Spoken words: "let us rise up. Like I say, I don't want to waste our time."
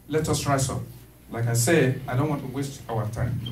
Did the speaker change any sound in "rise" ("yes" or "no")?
yes